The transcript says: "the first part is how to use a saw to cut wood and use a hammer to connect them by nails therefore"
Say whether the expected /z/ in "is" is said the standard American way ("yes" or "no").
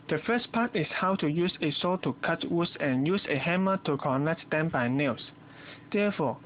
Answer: no